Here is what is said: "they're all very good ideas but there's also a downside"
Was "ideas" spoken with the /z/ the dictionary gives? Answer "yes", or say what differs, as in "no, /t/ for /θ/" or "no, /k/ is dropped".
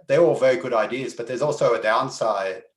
yes